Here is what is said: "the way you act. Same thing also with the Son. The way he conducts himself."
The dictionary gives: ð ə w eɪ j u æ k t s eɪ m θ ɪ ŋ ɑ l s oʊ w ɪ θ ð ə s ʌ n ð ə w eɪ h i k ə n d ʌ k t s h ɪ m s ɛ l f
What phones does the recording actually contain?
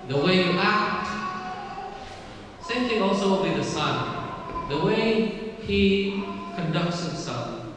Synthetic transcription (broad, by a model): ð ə w eɪ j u æ k t s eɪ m t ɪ ɑ l s oʊ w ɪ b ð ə s ʌ n ð ə w eɪ h i k ə n d ʌ k t s h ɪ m s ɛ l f